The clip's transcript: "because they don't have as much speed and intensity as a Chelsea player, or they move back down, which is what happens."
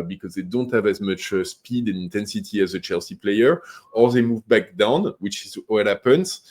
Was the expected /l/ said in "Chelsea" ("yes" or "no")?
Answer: yes